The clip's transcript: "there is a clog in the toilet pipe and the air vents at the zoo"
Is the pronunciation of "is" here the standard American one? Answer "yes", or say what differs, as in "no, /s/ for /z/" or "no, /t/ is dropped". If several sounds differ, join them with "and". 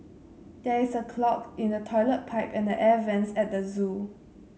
no, /s/ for /z/